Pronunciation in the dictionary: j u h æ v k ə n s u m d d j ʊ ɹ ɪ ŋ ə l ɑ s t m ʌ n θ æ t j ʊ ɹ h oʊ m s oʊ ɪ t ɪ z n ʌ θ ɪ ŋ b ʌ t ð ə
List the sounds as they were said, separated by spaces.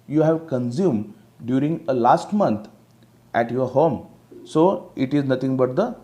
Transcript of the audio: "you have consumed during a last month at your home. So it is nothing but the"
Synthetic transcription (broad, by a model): j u h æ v k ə n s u m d d j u ɹ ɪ ŋ ə l ɑ s t m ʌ n t æ t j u ɹ h oʊ m s oʊ ɪ t ɪ z n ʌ t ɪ ŋ b ʌ t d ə